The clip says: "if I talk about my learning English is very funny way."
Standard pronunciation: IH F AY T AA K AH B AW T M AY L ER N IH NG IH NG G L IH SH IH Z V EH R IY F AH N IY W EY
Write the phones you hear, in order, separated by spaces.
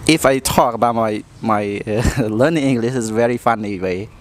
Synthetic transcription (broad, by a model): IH F AY T AA K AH B AW T M AY L ER N IH NG IH NG G L IH SH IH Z V EH R IY F AH N IY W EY